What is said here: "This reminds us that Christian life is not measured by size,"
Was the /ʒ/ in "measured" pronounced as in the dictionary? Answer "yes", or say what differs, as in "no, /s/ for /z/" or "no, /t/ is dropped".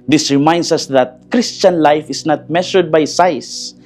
no, /ʃ/ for /ʒ/